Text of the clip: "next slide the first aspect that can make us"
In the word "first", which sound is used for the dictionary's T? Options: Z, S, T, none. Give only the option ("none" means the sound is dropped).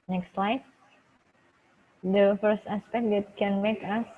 T